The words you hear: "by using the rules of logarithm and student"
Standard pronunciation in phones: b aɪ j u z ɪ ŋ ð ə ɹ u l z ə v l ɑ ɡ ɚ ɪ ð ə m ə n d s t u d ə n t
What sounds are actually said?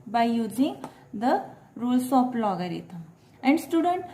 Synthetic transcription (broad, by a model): b aɪ j u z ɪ ŋ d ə ɹ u l s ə p l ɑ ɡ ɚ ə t ə n d s t u d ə n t